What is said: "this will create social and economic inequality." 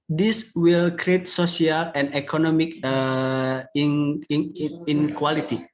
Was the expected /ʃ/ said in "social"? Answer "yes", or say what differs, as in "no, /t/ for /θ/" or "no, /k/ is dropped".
no, /s/ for /ʃ/